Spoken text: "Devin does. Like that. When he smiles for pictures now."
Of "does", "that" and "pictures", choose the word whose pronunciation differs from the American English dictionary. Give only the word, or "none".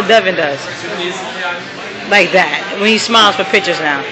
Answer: none